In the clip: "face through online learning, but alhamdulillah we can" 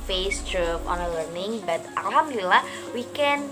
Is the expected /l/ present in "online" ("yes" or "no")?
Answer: no